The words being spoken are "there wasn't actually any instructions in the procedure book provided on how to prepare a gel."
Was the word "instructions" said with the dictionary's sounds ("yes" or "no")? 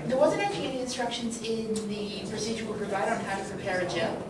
yes